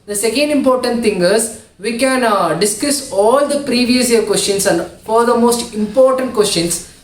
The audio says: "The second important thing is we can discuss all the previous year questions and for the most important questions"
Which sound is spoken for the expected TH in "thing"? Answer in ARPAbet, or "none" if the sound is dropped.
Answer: T